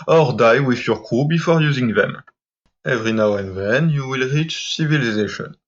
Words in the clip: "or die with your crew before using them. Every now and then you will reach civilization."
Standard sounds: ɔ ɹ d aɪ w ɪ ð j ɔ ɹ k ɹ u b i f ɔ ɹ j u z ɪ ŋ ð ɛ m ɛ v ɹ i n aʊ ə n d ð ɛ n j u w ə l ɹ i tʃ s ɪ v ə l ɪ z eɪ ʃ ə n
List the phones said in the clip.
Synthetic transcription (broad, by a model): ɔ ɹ d aɪ w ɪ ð j ɔ ɹ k u b i f ɔ ɹ j u z ɪ ŋ ð ɛ m ɛ v ɹ i n aʊ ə n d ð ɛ n j u w ə l ɹ i tʃ s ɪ v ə l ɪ z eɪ ʃ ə n